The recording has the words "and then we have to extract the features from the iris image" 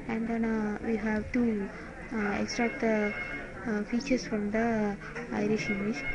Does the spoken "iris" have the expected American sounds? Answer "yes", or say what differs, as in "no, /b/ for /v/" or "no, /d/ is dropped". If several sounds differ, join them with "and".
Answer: no, /ʃ/ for /s/